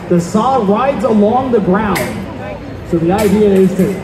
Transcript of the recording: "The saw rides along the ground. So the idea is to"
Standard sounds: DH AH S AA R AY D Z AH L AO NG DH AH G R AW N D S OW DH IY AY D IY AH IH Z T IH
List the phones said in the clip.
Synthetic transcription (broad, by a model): DH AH S AA R AY D Z AH L AO NG DH AH G R AW N D S OW DH IY AY D IY AH IH Z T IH